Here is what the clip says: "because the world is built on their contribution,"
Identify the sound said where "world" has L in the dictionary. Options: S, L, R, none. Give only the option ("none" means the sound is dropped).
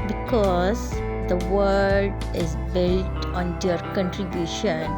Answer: none